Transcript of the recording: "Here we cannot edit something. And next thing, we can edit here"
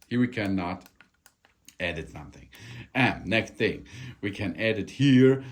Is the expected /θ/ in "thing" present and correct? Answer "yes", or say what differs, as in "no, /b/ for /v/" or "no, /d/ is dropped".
yes